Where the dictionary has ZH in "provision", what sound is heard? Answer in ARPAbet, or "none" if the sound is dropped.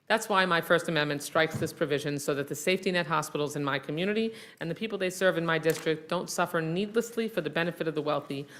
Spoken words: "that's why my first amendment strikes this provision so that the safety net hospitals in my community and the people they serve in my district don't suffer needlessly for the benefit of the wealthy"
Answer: ZH